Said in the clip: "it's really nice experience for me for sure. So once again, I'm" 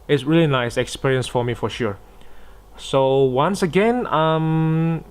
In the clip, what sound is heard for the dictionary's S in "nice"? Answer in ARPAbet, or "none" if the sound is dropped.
S